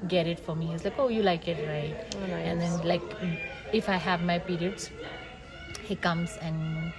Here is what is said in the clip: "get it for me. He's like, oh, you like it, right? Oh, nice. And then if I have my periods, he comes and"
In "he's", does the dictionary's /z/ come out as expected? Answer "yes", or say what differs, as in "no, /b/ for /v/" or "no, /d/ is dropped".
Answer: no, /s/ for /z/